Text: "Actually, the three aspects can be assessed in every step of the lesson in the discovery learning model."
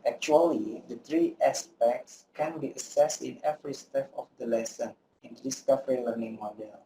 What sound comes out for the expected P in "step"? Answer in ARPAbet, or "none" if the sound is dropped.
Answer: F